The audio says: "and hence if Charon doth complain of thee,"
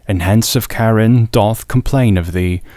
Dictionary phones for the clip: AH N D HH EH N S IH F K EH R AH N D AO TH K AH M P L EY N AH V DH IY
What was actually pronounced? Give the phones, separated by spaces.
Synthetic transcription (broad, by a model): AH N HH EH N S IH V K EH R AH N D AO TH K AH M P L EY N AH V DH IY